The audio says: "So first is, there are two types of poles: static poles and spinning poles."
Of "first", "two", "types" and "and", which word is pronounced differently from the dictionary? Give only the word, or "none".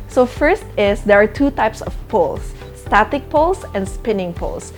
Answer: none